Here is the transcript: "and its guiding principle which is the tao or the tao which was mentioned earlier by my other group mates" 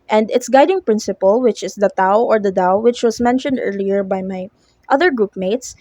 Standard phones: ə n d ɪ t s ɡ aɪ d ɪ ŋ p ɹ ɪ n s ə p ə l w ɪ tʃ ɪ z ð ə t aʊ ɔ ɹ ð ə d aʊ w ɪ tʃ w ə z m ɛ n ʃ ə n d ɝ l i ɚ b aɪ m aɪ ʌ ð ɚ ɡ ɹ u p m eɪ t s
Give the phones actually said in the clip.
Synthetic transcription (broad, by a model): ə n d ɪ t s ɡ aɪ d ɪ ŋ p ɹ ɪ n s ə p ə l w ɪ tʃ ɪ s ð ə t aʊ ɔ ɹ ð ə d aʊ w ɪ tʃ w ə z m ɛ n ʃ ə n d ɝ l i ɚ b aɪ m aɪ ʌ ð ɚ ɡ ɹ u p m eɪ t s